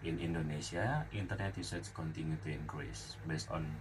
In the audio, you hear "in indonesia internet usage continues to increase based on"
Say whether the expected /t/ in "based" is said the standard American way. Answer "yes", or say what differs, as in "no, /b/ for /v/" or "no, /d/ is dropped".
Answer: yes